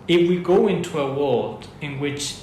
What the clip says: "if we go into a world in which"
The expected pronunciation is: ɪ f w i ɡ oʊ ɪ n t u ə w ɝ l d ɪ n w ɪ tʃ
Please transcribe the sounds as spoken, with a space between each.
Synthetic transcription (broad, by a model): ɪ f w i ɡ oʊ ɪ n t u ə w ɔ d ɪ n w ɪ tʃ